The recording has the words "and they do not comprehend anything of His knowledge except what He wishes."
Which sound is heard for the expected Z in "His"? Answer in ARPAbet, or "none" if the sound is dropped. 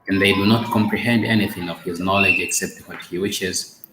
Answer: Z